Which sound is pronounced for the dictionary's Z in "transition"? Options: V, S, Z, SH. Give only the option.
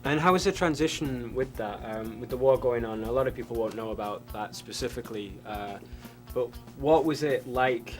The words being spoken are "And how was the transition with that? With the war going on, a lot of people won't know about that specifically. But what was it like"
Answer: Z